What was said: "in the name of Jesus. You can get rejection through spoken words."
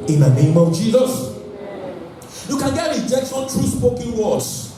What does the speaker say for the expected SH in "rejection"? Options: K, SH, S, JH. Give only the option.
S